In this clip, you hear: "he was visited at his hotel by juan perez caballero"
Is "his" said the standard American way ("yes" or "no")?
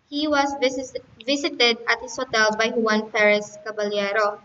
no